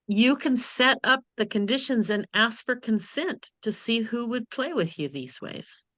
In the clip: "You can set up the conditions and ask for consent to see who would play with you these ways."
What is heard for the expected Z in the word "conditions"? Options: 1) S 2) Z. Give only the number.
2